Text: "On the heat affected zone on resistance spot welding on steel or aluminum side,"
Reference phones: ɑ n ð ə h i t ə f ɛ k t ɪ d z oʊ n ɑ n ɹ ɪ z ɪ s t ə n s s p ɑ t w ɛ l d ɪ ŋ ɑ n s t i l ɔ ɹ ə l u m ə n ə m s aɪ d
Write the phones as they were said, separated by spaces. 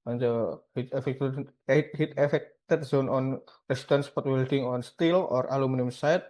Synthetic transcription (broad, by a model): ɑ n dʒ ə h i t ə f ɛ k t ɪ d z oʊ n ɑ n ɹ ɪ s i t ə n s s p ɑ t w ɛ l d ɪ ŋ ɑ n s t i l ɔ ɹ ə l u m ə n ə m s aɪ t